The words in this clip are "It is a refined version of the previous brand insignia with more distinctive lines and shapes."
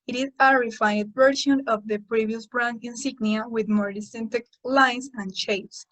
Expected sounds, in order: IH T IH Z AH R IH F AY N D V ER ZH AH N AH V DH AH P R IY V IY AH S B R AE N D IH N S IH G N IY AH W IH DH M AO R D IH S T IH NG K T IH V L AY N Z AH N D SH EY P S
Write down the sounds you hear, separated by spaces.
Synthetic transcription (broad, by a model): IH T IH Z AH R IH F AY D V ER SH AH N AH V DH AH P R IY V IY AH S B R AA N IH N S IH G N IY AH W IH DH M AO R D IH S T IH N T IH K L AY N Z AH N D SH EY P S